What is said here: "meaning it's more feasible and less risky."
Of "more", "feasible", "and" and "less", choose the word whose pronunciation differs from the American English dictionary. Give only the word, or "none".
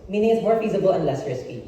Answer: none